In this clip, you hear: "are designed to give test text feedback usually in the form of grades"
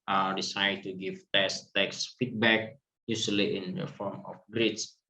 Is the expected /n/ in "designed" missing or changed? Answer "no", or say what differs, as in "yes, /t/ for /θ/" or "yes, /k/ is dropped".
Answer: yes, /n/ is dropped